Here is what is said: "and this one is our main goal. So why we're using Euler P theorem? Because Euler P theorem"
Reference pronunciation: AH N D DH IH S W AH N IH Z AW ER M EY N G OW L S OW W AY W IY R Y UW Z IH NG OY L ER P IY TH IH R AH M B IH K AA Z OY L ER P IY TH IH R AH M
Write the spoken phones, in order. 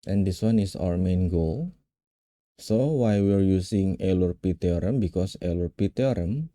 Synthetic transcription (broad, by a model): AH N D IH S W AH N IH S AW ER M EY N G OW L S OW W AY W IY R Y UW S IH NG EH L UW P IY T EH R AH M B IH K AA S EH L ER P IY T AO R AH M